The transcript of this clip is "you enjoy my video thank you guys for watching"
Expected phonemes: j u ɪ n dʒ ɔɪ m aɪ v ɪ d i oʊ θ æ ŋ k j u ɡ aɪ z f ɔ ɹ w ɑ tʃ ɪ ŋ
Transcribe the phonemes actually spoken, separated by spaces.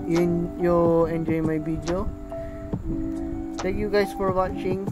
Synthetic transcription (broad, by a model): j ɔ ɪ n dʒ ɔɪ m aɪ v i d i oʊ t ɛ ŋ k j u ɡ aɪ s f ɔ ɹ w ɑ tʃ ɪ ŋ